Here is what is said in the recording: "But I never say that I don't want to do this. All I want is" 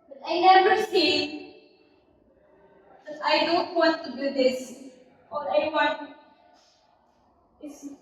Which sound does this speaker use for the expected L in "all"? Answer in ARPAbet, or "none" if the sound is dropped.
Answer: N